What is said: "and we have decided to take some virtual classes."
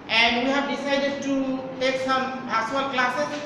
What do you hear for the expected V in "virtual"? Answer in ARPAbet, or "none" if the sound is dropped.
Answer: B